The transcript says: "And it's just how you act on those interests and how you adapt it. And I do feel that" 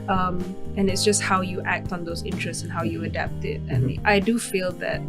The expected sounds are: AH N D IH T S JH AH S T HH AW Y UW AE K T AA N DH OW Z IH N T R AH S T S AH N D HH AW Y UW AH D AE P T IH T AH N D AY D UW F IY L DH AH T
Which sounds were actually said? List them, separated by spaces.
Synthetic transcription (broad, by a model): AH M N IH T S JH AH S T HH AW Y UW AE K T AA N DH OW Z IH N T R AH S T S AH N HH AW Y UW AH D AE P T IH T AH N AY D UW F IY L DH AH T